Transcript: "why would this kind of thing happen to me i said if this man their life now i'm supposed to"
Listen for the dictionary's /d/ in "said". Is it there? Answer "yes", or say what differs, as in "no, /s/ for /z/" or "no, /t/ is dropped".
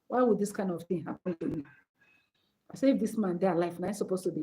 no, /d/ is dropped